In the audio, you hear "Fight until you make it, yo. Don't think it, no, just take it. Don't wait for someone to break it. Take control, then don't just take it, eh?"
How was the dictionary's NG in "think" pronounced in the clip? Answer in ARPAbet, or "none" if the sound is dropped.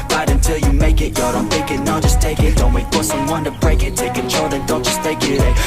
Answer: none